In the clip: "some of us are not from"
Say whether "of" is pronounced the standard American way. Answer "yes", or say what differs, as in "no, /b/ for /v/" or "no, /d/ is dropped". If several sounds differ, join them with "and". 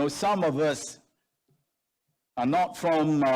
yes